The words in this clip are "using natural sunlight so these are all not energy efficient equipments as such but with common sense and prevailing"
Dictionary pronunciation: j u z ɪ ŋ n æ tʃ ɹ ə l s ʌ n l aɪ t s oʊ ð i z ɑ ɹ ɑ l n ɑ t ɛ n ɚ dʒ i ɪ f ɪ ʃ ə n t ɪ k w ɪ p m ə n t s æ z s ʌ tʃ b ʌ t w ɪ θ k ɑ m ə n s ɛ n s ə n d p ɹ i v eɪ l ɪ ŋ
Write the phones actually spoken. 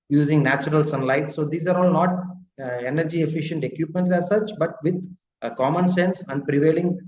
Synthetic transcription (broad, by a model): j u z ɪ ŋ n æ tʃ ɹ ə l s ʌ n l aɪ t s oʊ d i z ɑ ɹ ɑ l n ɑ t ɛ n ɚ dʒ i ɪ f ɪ ʃ ə n t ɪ k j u p m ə n t s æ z s ʌ tʃ b ʌ t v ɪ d k ɑ m ə n s ɛ n s ə n d p ɹ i v eɪ l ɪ ŋ